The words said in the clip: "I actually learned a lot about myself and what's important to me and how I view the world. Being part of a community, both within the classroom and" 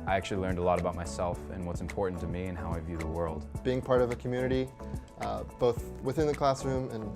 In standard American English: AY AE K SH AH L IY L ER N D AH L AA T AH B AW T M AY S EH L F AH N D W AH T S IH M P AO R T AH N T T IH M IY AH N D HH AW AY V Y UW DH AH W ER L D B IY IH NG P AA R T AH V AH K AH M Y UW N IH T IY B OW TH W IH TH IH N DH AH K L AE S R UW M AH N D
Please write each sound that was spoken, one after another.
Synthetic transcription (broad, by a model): AY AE K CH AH L IY L ER N D AH L AA T AH B AW T M AY S EH L F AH N W AH T S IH M P AO R T N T T IH M IY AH N HH AW AY V Y UW DH AH W ER L D B IY IH NG P AA R T AH V AH K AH M Y UW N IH T IY B OW TH W IH TH IH N DH AH K L AE S R UW M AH N